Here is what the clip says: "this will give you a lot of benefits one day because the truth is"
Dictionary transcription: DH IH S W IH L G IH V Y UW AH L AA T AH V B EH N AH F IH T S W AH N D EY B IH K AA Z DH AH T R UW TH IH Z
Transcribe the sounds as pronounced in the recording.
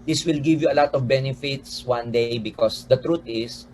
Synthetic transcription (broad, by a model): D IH S W IH L G IH V Y UW AH L AA T AH V B EH N AH F IH T S W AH N D EY B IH K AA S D AH T R UW T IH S